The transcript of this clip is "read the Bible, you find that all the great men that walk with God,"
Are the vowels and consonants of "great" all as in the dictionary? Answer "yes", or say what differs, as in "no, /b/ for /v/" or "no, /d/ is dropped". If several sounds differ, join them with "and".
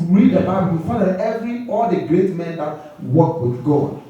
yes